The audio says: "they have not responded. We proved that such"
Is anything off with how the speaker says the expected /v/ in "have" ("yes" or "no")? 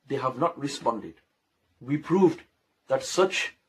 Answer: no